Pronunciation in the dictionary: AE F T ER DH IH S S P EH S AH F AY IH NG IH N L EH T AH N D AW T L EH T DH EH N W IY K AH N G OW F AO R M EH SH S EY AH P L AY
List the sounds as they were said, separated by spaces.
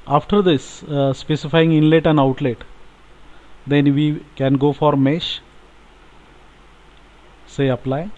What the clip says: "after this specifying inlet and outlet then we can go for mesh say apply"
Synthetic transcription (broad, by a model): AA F T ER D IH S S P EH S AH F AY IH NG IH N L EH T AH N D AW T L EH T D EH N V IY K AH N G OW F AO R M EH SH S EY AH P L AY